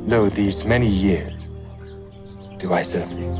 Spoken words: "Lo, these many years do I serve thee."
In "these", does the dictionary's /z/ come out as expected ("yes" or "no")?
yes